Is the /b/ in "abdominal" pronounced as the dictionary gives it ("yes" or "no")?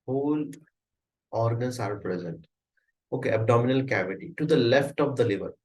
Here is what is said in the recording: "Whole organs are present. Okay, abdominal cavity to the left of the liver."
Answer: yes